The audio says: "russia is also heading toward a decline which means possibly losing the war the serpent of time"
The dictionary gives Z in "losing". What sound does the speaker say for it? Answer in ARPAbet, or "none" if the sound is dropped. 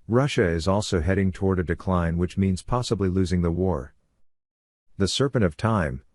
Z